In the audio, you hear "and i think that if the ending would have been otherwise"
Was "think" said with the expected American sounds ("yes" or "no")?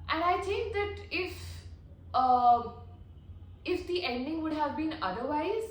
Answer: no